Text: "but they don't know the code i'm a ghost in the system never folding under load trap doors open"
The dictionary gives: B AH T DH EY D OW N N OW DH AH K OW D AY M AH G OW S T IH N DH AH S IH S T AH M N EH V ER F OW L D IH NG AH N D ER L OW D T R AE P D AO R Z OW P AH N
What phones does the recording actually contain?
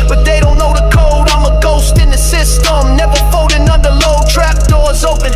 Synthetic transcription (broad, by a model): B AH T DH EY D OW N N OW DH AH K OW D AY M AH G OW S T IH N DH AH S IH S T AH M N EH V ER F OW D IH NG AH N D ER L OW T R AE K D AO R Z OW P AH N